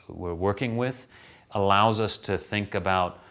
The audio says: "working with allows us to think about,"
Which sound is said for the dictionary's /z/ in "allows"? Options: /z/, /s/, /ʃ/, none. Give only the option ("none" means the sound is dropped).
/z/